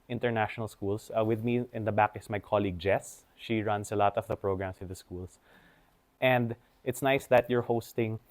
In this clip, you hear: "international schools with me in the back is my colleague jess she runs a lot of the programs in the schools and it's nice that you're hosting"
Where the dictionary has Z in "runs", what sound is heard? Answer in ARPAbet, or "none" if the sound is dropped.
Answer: S